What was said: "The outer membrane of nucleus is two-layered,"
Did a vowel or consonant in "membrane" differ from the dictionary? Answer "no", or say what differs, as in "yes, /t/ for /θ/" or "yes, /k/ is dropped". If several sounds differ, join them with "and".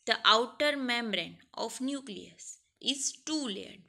no